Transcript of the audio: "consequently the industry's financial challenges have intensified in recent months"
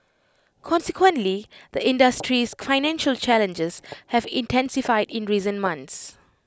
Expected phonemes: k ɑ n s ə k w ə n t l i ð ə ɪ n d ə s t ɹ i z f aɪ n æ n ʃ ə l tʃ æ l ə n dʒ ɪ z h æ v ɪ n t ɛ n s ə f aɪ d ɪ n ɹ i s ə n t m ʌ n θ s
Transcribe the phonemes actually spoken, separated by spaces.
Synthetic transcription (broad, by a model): k ɑ n s ə k w ə n t l i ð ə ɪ n d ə s t ɹ i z f aɪ n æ n ʃ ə l tʃ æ l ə n dʒ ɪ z h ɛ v ɪ n t ɛ n s ə f aɪ d ɪ n ɹ i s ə n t m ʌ n t s